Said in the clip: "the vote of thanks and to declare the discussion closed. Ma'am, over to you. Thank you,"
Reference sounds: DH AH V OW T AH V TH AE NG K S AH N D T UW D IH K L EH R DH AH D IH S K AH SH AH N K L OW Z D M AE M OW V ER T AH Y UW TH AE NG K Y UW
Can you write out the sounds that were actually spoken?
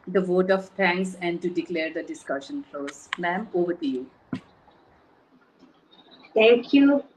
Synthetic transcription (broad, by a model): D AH V OW T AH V T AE NG K S AH N D T UW D IH K L EH R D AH D IH S K AH SH AH N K L OW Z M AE M OW V ER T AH Y UW T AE NG K Y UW